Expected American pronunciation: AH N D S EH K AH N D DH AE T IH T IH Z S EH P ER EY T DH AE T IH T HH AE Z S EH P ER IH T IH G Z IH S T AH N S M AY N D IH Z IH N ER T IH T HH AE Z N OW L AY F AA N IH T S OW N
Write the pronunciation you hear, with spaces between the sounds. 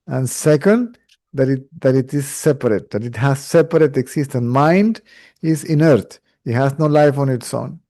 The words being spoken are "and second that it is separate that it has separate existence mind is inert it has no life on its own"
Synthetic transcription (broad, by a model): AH N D S EH K AH N D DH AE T IH T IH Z S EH P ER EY T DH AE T IH T HH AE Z S EH P ER IH T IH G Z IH S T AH N M AY N D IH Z IH N ER T IH T HH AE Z N OW L AY F AA N IH T S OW N